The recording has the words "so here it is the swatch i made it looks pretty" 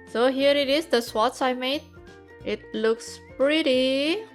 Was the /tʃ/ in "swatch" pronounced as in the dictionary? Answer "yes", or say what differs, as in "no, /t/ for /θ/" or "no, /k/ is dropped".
no, /s/ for /tʃ/